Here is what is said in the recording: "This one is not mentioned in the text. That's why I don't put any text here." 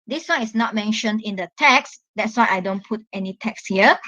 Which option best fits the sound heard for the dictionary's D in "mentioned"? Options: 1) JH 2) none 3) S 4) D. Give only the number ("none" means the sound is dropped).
4